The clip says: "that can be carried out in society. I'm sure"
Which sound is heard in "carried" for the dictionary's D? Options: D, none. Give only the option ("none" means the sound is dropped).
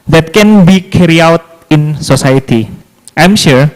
none